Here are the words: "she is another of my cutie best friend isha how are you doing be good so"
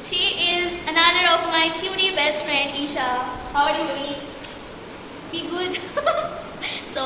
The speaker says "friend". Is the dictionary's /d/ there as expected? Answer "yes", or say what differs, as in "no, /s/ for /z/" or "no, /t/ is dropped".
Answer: yes